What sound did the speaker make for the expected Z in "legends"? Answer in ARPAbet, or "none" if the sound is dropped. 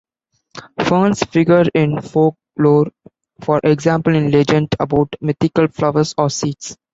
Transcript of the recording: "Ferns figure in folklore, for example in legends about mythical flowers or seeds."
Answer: none